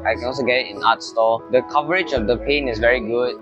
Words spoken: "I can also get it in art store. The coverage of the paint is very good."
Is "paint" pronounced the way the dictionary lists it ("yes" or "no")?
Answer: no